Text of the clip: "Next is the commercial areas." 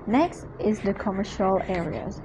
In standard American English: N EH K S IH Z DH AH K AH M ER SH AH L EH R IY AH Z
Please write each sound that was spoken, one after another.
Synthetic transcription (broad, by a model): N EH K S IH Z DH AH K AH M ER SH AH L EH R IY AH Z